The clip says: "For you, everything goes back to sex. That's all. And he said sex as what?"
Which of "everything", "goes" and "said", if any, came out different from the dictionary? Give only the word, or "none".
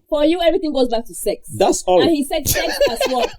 none